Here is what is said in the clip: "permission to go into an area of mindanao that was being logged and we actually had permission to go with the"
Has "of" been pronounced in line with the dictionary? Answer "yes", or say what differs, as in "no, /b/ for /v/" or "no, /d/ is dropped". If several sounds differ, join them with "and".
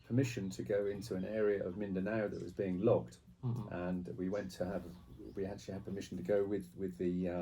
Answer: yes